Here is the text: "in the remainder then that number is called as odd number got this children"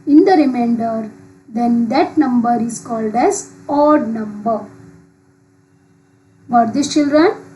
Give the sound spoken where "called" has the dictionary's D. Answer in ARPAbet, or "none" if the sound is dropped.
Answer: D